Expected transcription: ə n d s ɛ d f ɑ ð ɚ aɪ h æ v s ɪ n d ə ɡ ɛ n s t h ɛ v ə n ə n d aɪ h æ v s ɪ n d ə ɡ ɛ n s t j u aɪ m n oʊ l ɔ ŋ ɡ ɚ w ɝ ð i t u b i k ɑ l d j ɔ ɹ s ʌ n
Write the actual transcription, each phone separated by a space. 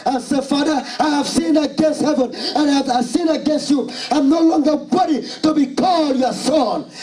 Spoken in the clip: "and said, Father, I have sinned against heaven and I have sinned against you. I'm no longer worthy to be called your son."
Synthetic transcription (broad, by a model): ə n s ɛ f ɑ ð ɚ aɪ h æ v s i n ə ɡ ɛ n s t h ɛ v ə n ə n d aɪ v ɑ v s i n ə ɡ ɛ n s t j u aɪ m n oʊ l ɔ ŋ ɡ ɚ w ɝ i t u b i k ɑ l d j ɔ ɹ s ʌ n